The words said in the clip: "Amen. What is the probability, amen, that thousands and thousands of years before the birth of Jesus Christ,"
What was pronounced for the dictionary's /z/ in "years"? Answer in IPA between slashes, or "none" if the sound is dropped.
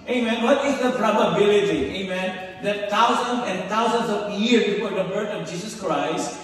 none